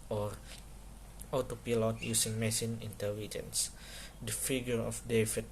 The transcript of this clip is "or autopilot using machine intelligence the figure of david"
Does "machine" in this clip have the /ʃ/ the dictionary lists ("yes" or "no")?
no